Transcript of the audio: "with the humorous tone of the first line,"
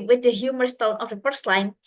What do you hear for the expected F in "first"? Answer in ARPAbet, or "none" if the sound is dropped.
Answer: P